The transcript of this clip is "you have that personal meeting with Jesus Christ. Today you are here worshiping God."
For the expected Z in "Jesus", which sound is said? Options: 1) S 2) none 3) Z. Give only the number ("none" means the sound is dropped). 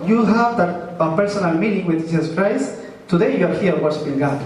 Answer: 1